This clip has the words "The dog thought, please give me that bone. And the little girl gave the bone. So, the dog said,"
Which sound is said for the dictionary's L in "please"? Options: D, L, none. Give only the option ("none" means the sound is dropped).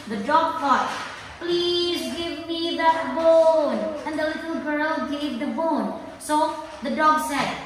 L